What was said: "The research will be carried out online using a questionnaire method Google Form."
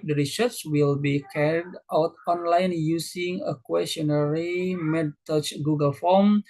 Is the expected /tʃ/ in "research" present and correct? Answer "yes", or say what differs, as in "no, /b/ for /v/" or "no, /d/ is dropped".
no, /s/ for /tʃ/